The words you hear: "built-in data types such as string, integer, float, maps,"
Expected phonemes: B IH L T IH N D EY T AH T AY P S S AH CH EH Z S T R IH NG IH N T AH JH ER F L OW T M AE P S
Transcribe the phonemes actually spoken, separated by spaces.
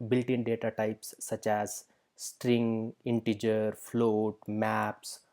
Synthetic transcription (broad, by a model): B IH L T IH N D EY T AH T AY P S S AH CH EH Z S T R IH NG IH N T AH JH ER F L OW T M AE P S